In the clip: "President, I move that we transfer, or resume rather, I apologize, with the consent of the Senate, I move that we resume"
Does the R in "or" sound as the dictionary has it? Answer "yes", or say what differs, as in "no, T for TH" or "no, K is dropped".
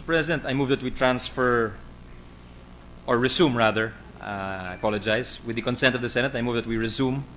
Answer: yes